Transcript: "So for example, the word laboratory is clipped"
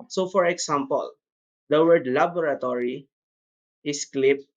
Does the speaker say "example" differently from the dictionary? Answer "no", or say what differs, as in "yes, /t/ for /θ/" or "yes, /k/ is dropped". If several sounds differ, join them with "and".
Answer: yes, /s/ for /z/